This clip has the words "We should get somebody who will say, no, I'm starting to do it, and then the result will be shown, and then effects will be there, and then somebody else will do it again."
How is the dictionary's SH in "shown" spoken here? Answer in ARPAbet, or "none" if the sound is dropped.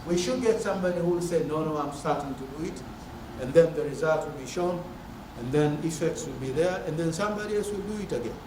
SH